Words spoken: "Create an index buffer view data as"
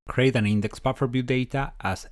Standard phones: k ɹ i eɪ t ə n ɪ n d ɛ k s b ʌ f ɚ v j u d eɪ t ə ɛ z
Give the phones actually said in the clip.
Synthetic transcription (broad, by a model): k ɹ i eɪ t ə n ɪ n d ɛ k s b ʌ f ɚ b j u d eɪ t ə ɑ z